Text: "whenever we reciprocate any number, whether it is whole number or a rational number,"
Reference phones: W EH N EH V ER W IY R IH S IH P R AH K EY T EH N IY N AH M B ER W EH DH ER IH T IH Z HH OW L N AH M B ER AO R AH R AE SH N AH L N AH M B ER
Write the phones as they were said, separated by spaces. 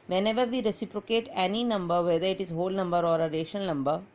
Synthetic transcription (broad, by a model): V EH N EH V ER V IY R IH S IH P R AH K EY T EH N IY N AH M B ER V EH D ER IH T IH Z HH OW L N AH M B ER AO R AH R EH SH AH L N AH M B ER